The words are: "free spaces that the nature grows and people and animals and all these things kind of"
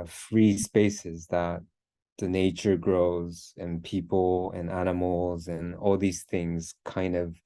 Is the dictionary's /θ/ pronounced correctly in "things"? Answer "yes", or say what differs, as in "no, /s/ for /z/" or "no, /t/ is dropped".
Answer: yes